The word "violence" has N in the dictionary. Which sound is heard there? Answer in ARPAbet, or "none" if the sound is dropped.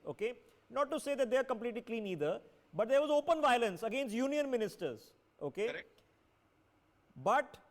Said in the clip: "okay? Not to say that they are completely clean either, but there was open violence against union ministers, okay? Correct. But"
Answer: N